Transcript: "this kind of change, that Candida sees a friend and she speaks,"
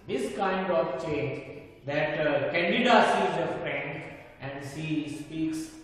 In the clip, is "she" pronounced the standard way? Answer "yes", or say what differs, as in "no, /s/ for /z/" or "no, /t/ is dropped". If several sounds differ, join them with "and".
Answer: no, /s/ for /ʃ/